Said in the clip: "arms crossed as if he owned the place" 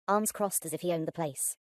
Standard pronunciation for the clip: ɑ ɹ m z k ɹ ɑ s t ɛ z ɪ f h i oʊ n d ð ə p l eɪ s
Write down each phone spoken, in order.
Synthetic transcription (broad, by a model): ɑ m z k ɹ ɑ s t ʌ z ɪ f h i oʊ n ð ə p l eɪ s